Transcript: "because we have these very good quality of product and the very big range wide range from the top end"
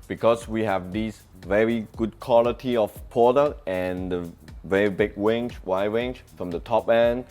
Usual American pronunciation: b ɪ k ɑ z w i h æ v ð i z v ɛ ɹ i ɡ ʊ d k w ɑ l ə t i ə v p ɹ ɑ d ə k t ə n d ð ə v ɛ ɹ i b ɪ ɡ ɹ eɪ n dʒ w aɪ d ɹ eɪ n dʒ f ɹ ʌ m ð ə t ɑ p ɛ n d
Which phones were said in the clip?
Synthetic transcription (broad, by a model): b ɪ k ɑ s w i h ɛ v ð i s v ɛ ɹ i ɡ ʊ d k w ɑ l ə t i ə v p ɑ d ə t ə n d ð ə v ɛ ɹ i b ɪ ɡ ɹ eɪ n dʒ w aɪ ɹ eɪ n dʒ f ɹ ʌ m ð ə t ɑ p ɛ n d